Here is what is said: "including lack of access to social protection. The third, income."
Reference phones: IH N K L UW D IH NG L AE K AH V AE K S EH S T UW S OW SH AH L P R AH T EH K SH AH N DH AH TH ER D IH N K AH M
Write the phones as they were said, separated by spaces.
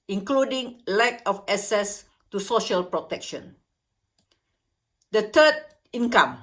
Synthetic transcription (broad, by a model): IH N K L UW D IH NG L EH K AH F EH S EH S T UW S OW SH AH L P R AH T EH K SH AH N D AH T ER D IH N K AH M